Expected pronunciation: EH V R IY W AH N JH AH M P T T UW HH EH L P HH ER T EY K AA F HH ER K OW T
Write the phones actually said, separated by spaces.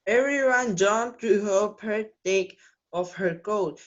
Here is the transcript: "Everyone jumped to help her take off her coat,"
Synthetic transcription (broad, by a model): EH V R IY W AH N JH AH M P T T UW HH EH P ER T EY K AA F HH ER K OW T